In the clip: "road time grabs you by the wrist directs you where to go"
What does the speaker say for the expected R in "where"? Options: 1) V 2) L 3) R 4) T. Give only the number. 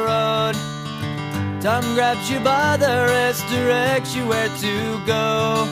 3